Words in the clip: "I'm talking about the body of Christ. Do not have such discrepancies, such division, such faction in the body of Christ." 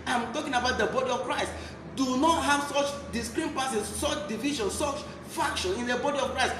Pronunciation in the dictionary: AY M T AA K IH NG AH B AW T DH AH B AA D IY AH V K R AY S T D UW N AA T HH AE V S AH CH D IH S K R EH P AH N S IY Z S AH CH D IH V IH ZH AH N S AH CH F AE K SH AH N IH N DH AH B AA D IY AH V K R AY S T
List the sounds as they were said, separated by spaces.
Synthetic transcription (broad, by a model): AY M T AA K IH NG AH B AW T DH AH B AA D IY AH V K R AY S T D UW N AA T HH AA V S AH CH D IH S K R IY P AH S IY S S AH CH D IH V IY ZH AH N S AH CH F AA K SH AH N IH N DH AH B AA D IY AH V K R AY S T